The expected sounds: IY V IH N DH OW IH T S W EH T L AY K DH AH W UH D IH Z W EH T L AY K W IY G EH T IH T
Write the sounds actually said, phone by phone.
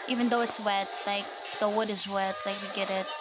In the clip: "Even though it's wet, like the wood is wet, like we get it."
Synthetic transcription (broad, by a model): IY V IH N DH OW IH T S W EH T L AY K DH AH W UH D IH Z W EH T L AY K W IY G EH T IH T